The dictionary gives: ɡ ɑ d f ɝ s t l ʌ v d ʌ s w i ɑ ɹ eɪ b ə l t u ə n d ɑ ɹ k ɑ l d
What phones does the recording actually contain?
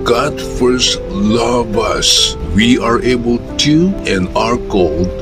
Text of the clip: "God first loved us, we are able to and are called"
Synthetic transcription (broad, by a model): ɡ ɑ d f ɝ s t l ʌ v ʌ s w i ɑ ɹ eɪ b ə l t u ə n ɑ ɹ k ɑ l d